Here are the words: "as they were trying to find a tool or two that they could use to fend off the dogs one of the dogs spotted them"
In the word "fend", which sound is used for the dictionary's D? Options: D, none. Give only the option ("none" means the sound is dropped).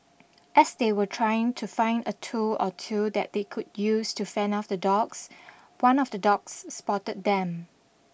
none